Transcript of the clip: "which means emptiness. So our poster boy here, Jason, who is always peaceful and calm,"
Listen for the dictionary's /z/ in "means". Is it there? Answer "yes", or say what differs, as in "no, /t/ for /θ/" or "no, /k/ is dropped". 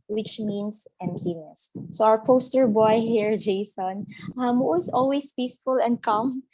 no, /s/ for /z/